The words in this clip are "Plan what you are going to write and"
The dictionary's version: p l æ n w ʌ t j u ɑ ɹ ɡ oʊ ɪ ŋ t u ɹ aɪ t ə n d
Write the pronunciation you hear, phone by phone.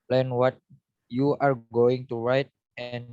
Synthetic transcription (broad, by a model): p l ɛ n w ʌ t j u ɑ ɹ ɡ oʊ ɪ ŋ t u ɹ aɪ t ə n